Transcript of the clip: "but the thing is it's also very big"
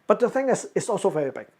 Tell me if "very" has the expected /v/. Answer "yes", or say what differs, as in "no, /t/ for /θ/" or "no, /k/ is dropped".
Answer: yes